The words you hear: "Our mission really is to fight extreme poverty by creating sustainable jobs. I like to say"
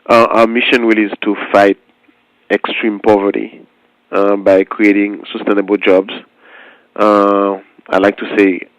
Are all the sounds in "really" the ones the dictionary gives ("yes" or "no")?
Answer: no